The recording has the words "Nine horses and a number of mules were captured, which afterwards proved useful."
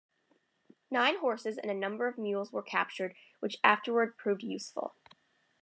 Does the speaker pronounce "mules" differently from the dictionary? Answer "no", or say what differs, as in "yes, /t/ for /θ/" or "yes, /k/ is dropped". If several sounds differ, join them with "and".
no